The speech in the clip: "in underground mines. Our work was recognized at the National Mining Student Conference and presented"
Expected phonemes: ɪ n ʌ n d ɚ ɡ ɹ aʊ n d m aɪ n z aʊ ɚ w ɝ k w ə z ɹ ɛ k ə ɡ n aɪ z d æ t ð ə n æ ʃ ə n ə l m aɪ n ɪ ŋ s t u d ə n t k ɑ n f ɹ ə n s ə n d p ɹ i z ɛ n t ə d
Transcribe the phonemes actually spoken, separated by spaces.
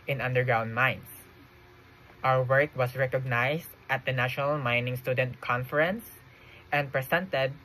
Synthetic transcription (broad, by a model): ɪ n ʌ n d ɚ ɡ ɹ aʊ n d m aɪ n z aʊ ɚ w ɝ k w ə s ɹ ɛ k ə ɡ n aɪ s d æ t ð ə n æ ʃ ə n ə l m aɪ n ɪ ŋ s t u d ə n t k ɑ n f ɹ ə n s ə n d p ɹ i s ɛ n t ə d